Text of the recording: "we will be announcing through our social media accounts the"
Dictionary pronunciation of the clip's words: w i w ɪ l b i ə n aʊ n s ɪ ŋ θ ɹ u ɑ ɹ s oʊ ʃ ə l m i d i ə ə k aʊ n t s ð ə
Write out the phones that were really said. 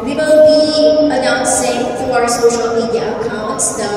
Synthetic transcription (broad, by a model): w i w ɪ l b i ə n aʊ n s ɪ ŋ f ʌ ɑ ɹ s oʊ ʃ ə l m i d ə k aʊ n t s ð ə